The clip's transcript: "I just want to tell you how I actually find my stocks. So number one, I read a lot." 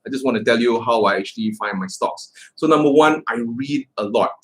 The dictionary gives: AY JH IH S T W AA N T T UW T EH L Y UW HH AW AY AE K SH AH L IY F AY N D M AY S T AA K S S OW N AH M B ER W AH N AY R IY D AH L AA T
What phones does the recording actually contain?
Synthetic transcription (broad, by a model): AY JH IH S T W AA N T T UW T EH L Y UW HH AW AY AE K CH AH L IY F AY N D M AY S T AA K S S OW N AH M B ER W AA N AY R IY D AH L AA T